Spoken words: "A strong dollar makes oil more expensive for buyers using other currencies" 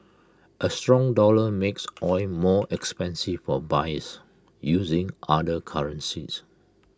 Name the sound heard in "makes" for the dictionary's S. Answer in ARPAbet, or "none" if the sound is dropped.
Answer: S